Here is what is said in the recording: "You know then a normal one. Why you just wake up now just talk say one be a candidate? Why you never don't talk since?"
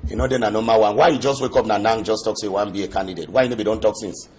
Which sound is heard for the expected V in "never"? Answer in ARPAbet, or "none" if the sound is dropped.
B